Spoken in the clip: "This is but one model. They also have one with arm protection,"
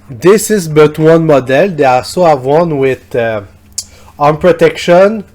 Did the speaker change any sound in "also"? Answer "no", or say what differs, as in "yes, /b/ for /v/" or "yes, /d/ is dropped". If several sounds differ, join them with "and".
yes, /l/ is dropped